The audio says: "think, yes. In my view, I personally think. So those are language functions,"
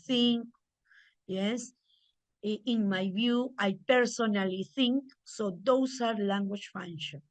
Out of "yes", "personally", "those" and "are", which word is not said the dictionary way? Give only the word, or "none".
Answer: those